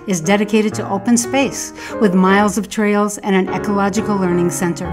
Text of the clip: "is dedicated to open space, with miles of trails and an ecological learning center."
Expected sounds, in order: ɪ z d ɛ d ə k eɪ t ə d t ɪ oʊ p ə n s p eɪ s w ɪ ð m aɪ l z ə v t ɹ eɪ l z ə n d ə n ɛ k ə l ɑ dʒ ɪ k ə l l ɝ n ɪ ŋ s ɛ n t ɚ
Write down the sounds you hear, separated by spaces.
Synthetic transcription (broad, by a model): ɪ z d ɛ d ə k eɪ t ə d t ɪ oʊ p ə n s p eɪ s w ɪ ð m aɪ l z ə v t ɹ eɪ l z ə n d ə n ɛ k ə l ɑ dʒ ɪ k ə l l ɝ n ɪ ŋ s ɛ n t ɚ